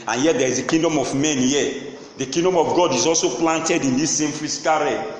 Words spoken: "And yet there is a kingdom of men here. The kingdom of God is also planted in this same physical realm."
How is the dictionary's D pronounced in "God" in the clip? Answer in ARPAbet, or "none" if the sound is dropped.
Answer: D